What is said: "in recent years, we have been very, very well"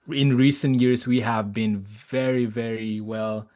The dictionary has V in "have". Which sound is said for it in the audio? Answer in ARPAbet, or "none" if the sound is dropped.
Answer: V